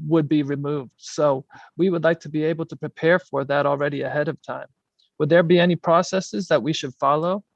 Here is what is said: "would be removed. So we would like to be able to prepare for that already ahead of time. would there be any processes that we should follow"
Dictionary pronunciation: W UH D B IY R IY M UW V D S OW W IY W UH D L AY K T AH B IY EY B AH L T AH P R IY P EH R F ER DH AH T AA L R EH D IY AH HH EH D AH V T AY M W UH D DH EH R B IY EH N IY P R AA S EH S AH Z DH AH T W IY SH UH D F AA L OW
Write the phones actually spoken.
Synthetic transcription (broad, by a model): W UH D B IY R IY M UW V D S OW W IY W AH D L AY K T AH B IY EY B L T AH P R IY P EH R F ER DH AH T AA L R EH D IY AH HH EH D AH V T AY M W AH D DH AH R B IY EH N IY P R AA S EH S AH Z DH AH T W IY SH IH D F AA L OW